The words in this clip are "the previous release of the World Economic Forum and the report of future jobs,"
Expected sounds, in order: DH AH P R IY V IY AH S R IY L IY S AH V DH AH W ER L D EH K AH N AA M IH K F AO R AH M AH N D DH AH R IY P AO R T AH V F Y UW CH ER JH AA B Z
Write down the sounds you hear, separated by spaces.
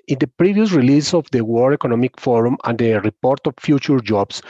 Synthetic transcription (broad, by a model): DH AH P R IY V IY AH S R IY L IY S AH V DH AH W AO D EH K AH N AA M IH K F AO R AH M AH N D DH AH R IY P AO R T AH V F Y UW CH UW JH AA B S